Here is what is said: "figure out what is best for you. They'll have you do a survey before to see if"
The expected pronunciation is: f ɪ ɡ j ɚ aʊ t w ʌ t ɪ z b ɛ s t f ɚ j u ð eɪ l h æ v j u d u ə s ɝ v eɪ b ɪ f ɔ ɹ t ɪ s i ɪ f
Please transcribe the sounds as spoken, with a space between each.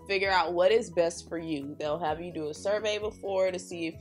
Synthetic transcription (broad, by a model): f ɪ ɡ j ɚ aʊ t w ʌ t ɪ z b ɛ s t f ɚ j u ð eɪ l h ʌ v j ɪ d ə s ɝ v eɪ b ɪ f ɔ ɹ t ɪ s i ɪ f